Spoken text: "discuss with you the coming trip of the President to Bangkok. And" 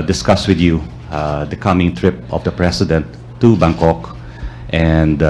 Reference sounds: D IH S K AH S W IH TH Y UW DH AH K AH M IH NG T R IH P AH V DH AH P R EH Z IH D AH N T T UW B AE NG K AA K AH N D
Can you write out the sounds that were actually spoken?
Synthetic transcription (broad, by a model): D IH S K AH S W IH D Y UW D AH K AH M IH NG T R IH P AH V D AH P R EH S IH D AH N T T UW B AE NG K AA K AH N D